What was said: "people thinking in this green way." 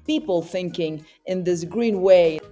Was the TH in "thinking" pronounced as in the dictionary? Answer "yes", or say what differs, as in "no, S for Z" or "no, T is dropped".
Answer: yes